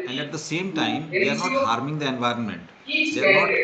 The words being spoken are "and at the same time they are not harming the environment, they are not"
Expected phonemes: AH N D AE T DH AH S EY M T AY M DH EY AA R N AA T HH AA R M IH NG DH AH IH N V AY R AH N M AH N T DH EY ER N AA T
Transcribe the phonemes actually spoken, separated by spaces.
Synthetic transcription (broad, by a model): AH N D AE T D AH S EY M T AY M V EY AA R N AA T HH AA R M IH NG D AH IH N V AY R AH N M AH N T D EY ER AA